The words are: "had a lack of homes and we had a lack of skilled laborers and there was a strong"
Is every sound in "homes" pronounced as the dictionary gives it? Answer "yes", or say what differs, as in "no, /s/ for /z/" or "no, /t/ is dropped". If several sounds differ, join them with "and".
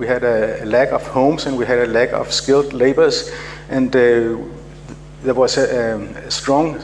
no, /s/ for /z/